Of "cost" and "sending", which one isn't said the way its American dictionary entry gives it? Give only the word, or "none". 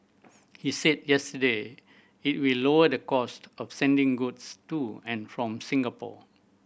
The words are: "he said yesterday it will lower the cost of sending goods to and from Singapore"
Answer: none